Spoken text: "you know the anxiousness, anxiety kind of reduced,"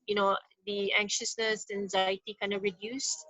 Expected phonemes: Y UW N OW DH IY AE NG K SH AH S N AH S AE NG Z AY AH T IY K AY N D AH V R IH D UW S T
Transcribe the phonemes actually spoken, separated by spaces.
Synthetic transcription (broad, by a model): Y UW N OW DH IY AE NG K SH AH S N AH S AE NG Z AY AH T IY K AY N D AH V R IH D UW S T